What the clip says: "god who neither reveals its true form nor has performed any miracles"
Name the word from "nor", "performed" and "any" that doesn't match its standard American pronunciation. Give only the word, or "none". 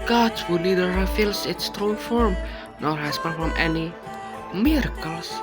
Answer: performed